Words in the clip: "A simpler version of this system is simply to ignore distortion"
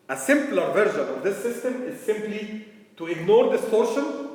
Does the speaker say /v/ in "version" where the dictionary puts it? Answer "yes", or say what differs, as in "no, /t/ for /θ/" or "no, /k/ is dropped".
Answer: yes